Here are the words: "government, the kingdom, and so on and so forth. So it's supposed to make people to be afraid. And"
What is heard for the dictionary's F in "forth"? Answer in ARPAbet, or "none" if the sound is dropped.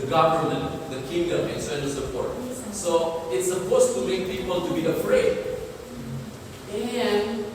P